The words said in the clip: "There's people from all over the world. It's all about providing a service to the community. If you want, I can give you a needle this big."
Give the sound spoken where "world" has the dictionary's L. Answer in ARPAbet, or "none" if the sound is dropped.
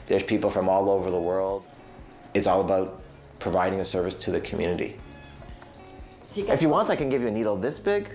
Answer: L